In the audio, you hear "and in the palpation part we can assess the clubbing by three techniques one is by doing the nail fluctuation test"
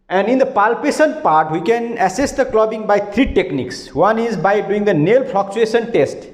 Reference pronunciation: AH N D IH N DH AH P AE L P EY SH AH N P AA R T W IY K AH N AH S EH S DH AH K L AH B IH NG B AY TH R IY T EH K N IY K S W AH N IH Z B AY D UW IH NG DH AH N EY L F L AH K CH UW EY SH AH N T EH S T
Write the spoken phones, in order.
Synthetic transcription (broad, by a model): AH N D IH N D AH P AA L P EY S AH N P AA R T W IY K AH N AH S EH S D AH K L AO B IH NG B AY T R IY T EH K N IY K S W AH N IH Z B AY D UW IH NG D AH N EY L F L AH K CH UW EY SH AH N T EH S T